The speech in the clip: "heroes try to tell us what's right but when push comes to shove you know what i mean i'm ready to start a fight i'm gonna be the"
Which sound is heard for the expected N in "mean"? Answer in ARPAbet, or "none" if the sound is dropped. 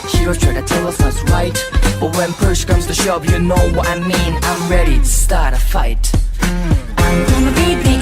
N